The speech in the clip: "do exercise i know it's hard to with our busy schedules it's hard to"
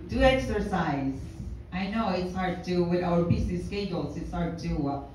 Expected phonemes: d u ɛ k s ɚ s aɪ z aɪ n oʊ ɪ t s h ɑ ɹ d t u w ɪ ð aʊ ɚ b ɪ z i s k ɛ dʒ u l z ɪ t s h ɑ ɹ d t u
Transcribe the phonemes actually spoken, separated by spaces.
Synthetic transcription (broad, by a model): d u ɛ k s ɚ s aɪ z aɪ n oʊ ɪ t s h ɑ ɹ d t u w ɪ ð aʊ ɚ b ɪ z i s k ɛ u l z ɪ t s h ɑ ɹ d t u